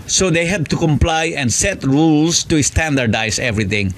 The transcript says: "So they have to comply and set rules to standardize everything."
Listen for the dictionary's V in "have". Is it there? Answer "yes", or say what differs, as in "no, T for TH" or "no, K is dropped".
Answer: no, B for V